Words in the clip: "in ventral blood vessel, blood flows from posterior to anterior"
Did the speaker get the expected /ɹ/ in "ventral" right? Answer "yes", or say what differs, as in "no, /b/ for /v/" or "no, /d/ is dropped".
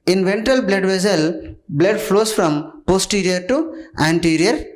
no, /ɹ/ is dropped